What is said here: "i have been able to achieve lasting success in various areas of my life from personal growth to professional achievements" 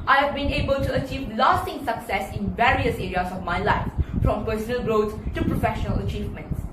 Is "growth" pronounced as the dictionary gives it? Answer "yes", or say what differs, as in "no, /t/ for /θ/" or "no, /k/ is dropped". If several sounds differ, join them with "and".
no, /t/ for /θ/